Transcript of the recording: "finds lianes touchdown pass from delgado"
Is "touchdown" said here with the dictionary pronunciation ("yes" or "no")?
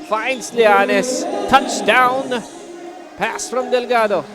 yes